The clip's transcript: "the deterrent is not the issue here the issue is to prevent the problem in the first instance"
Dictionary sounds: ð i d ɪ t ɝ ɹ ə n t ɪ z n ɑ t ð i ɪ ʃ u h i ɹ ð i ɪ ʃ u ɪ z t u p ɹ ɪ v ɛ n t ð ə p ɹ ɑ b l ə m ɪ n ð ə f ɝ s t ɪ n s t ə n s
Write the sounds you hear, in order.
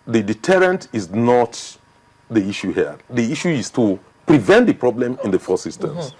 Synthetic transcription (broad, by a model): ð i d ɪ t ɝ ɹ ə n t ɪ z n ɑ t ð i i ʃ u h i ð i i ʃ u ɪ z t u p ɹ ɪ v ɛ n t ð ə p ɹ ɑ b l ə m ɪ n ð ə f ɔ s ɪ s t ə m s